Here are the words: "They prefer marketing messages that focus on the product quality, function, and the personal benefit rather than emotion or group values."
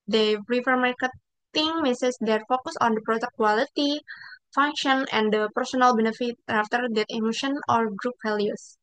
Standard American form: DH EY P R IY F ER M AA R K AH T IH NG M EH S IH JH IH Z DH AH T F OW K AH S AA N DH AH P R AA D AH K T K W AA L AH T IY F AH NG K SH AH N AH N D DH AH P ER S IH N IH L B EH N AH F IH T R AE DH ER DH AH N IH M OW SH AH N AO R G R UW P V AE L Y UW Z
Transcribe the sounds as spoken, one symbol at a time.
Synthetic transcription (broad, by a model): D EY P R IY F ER M AA R K AH T IH NG M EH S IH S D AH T F OW K AH S AA N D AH P R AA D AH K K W AA L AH T IY F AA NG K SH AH N AH N D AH P ER S IH N IH L B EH N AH F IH T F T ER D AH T IH M OW SH AH N AO R G R UW P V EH L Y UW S